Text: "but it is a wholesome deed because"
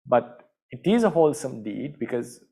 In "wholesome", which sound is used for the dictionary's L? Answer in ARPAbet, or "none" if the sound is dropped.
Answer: L